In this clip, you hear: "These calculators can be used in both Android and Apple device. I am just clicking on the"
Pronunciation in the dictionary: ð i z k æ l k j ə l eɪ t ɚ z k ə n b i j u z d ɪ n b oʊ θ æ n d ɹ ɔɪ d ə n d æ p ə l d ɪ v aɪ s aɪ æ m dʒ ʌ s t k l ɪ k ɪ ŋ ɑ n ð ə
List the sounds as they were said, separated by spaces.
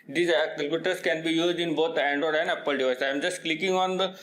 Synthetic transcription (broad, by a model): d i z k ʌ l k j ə t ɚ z k ə n b i j u z d ɪ n b oʊ t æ n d ɔɪ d ə n d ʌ p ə l d ɪ v aɪ s aɪ m dʒ ʌ s t k l ɪ k ɪ ŋ ɑ n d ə